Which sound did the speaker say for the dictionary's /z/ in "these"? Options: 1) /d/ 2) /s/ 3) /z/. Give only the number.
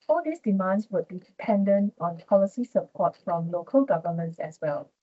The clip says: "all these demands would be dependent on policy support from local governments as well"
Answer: 2